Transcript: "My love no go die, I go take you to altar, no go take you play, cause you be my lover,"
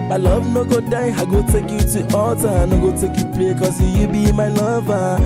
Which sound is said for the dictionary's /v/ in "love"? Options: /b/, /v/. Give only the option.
/b/